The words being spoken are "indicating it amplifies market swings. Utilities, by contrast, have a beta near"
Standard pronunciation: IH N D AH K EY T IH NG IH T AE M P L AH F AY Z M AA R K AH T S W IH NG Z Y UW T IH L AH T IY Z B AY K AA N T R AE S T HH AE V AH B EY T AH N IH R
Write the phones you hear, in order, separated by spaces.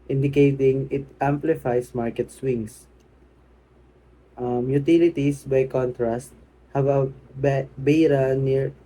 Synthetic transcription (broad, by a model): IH N D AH K EY T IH NG IH T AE M P L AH F AY S M AA R K AH T S W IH NG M Y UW T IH L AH T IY S B AY K AA N T R AE S T HH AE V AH B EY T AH N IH R